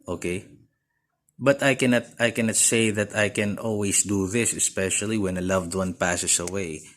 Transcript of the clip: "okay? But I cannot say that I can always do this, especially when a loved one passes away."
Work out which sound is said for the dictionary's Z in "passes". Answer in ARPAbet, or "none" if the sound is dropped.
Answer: S